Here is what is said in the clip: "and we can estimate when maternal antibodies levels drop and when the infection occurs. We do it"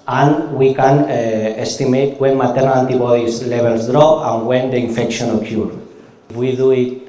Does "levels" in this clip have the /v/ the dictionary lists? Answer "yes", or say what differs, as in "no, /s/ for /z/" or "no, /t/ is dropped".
no, /b/ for /v/